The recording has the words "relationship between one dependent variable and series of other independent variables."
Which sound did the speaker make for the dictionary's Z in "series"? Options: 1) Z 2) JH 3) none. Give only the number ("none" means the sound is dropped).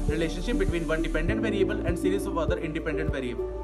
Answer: 3